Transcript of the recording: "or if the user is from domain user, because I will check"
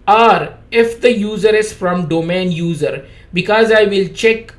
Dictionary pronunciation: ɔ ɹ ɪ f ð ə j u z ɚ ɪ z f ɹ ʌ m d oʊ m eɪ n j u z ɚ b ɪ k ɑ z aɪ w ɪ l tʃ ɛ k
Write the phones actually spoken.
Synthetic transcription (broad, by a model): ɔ ɹ ɪ f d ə j u z ɚ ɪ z f ɹ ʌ m d oʊ m eɪ n j u z ɚ b ɪ k ɑ z aɪ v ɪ l tʃ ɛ k